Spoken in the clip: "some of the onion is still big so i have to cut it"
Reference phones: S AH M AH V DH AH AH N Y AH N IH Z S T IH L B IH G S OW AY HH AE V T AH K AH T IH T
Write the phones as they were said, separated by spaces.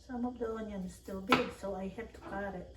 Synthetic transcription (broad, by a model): S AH M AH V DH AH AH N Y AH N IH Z S T IH L B IH G S OW AY HH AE P T AH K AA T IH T